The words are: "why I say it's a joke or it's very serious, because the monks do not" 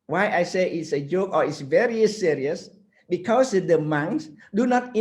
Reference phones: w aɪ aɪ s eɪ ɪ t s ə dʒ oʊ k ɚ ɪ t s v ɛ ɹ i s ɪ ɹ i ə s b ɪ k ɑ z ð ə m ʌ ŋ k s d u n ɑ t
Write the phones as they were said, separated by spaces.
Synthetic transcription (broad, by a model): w aɪ aɪ s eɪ ɪ t s ə dʒ oʊ k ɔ ɪ t s v ɛ ɹ i s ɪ ɹ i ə s b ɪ k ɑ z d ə m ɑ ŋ s d u n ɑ t